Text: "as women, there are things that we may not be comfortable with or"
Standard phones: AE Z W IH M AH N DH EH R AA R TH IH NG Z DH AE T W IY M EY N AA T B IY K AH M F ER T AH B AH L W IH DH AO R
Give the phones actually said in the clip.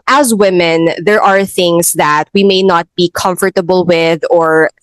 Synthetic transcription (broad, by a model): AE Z W IH M AH N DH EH R AA R TH IH NG S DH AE T W IY M EY N AA T B IY K AH M F ER T AH B AH L W IH DH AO R